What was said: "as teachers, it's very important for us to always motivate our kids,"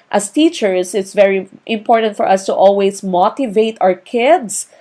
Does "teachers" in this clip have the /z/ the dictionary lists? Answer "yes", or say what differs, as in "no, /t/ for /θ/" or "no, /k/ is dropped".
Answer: no, /s/ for /z/